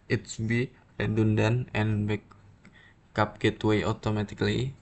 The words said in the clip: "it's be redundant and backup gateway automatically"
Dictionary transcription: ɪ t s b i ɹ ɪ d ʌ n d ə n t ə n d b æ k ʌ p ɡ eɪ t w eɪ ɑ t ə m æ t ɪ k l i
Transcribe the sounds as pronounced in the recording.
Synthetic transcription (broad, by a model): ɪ t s b i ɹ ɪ d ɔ n d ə n ə n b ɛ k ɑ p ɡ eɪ t w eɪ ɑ t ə m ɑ t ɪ k l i